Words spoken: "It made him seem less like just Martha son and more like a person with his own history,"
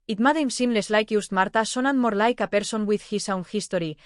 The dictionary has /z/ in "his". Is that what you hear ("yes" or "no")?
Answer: no